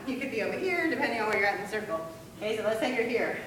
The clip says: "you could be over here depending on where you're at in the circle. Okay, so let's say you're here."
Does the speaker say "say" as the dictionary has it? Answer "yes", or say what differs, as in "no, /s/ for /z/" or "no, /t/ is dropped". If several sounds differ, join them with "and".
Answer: no, /θ/ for /s/